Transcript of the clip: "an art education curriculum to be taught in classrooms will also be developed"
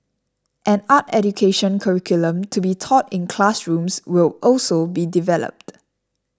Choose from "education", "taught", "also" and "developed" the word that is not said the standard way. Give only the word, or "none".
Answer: none